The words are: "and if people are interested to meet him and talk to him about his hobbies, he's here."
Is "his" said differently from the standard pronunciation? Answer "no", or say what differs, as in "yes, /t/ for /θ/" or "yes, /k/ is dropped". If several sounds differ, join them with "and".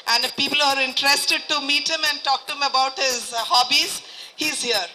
no